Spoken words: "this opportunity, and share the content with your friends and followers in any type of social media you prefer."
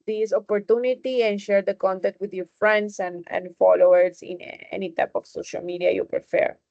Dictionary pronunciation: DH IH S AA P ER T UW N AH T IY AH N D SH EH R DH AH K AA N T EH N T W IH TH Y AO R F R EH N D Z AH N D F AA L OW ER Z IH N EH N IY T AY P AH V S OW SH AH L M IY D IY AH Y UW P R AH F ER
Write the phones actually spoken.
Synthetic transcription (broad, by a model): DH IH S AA P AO T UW N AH T IY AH N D SH EH R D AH K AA N T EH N T W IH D Y AO R F R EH N D S AH N D F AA L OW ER S IH N EH N IY T AY P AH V S OW SH AH L M IY D IY AH Y UW P R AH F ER